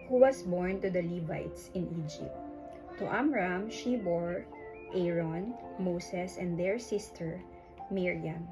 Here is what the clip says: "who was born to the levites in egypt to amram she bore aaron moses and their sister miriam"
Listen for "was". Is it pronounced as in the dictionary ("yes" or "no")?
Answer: no